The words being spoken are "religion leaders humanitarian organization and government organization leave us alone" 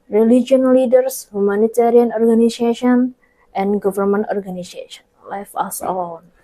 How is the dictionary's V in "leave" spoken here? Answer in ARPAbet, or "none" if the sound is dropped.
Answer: F